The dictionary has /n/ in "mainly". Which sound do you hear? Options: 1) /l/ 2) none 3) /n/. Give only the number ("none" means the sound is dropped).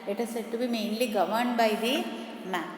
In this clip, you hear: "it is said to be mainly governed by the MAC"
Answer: 3